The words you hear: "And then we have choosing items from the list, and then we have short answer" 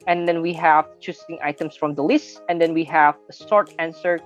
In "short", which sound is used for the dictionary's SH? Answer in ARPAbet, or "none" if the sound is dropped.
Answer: S